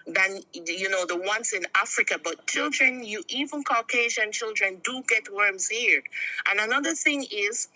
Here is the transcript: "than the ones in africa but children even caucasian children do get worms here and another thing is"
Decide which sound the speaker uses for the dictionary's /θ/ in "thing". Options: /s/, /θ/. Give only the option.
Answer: /θ/